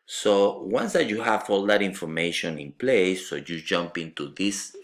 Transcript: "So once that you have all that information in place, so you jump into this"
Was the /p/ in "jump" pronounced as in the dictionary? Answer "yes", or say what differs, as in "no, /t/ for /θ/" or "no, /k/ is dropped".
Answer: yes